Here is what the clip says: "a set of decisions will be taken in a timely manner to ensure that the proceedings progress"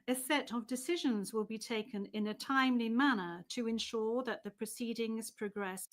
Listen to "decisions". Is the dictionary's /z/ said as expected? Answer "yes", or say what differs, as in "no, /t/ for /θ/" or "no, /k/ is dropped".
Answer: yes